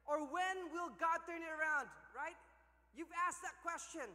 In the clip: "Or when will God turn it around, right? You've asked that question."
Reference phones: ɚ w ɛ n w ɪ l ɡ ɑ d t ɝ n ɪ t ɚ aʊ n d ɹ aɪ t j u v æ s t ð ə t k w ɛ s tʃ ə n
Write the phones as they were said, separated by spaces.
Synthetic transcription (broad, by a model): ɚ w ɛ n w ɪ l ɡ ɑ d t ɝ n ɪ t ɚ aʊ n d ɹ aɪ t j u v æ s t ð ə t k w ɛ s tʃ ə n